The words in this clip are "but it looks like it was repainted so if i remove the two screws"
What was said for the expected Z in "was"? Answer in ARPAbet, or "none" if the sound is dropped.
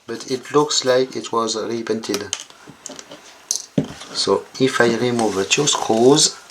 Z